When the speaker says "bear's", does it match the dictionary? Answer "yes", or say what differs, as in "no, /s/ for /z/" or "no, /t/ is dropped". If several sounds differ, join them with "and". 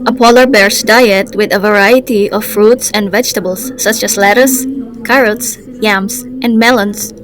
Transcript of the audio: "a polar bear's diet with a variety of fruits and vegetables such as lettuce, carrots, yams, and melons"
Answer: no, /s/ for /z/